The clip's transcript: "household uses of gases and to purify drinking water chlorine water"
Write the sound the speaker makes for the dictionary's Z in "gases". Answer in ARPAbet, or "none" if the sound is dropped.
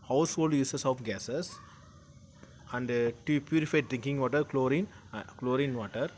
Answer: S